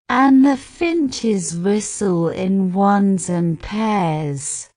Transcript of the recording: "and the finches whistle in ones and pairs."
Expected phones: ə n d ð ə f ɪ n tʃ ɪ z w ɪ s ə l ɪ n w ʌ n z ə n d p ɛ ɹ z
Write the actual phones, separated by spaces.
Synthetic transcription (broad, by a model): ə n ð ə f ɪ n tʃ ɪ z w ɪ s ə l ɪ n w ʌ n z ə n p ɛ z